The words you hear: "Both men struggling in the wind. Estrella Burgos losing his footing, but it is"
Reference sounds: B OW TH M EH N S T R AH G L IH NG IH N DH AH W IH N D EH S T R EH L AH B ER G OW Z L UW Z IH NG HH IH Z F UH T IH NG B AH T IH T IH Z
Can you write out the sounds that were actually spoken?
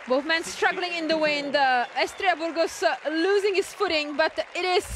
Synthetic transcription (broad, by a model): B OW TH M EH N S T R AH G L IH NG IH N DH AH W IH N D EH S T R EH AH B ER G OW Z L UW Z IH NG HH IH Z F UH T IH NG B AH T IH T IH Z